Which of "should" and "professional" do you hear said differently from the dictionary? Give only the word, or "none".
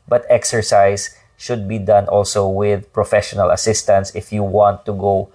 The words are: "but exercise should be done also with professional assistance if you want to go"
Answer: none